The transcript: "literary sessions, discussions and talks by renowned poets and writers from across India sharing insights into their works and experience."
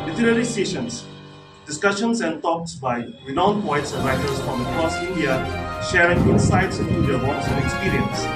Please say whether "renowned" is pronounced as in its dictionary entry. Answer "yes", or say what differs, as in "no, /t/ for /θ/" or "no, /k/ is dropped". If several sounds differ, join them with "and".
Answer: no, /w/ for /ɹ/